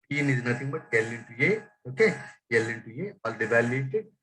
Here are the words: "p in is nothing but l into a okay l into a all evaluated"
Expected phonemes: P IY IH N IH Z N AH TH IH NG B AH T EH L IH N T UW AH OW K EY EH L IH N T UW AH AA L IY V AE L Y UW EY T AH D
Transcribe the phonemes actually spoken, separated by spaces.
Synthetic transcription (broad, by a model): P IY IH N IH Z N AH T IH NG B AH T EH L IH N T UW AH OW K EY EH L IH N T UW AH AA L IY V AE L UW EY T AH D